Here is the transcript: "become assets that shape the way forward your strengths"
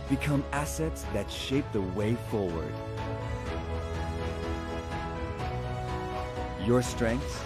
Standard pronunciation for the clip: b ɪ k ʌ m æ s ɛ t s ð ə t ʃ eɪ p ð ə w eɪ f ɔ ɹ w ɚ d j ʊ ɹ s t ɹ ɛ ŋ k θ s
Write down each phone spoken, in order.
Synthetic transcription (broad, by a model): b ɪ k ʌ m æ s ɛ t s ð ə t ʃ eɪ p ð ə w eɪ f ɔ ɹ w ɚ d j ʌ ɹ s t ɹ ɛ ŋ k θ